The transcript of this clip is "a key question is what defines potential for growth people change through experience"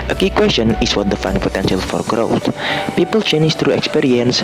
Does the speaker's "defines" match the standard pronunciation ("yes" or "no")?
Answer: no